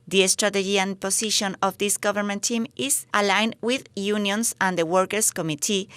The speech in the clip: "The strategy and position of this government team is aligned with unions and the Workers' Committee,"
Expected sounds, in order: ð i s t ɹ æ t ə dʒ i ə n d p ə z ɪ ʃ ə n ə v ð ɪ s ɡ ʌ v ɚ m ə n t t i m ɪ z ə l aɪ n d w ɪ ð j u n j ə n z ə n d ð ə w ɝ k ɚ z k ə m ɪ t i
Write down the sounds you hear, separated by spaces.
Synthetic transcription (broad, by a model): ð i s t ɹ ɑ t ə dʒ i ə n p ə s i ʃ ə n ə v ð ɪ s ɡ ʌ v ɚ m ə n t t i m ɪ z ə l aɪ n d w ɪ ð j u n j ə n s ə n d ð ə w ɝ k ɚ s k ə m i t i